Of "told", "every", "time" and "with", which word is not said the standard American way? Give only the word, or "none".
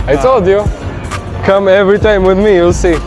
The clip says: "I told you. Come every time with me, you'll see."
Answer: told